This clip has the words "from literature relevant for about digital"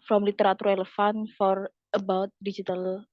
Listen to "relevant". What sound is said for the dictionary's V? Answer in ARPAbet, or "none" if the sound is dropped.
F